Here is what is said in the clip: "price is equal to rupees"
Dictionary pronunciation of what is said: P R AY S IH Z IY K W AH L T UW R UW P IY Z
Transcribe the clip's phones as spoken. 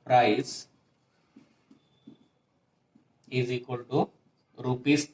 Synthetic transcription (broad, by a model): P R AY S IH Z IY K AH N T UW R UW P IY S